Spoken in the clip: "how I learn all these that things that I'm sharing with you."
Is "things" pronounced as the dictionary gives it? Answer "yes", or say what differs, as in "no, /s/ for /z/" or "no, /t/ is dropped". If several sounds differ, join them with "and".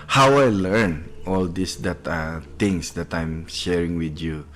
no, /t/ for /θ/